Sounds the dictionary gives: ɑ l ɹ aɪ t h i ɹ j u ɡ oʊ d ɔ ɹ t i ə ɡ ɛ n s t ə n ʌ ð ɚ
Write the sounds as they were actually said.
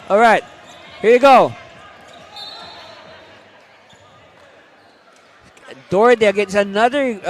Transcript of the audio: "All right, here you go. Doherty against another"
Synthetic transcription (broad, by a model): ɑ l ɹ aɪ t h i ɹ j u ɡ oʊ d ɔ ɹ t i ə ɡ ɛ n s ə n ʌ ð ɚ